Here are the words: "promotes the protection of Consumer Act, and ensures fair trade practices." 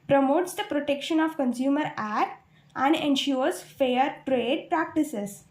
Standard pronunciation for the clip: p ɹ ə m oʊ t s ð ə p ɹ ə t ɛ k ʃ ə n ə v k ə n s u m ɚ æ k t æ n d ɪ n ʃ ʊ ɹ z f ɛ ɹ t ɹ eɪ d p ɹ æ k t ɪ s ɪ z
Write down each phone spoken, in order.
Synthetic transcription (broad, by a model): p ɹ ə m oʊ t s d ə p ɹ ə t ɛ k ʃ ə n ə v k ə n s u m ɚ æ t æ n d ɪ n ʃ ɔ ɹ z f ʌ ɹ t ɹ eɪ d p ɹ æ k t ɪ s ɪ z